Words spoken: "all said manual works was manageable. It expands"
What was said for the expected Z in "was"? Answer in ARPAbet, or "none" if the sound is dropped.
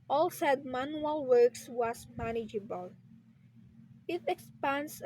S